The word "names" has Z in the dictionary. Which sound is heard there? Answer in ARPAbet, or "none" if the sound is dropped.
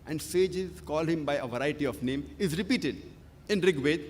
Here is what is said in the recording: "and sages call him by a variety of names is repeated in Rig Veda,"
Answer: none